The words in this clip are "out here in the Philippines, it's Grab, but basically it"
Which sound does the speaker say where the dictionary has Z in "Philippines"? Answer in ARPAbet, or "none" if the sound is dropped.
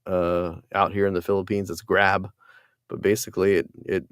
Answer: Z